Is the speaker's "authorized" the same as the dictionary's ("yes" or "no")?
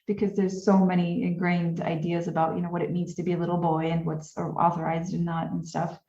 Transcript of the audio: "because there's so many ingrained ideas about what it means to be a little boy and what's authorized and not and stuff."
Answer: yes